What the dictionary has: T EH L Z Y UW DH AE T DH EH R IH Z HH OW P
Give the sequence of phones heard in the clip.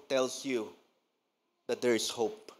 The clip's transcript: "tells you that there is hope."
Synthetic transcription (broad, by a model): T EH L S Y UW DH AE T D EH R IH S HH OW P